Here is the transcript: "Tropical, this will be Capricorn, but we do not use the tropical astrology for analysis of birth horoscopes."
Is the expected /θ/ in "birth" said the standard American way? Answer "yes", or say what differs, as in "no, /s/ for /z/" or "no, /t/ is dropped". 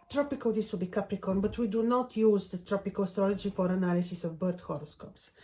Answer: no, /t/ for /θ/